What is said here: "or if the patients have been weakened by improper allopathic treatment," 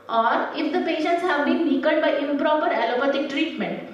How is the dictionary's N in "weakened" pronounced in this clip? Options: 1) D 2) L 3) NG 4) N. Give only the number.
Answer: 2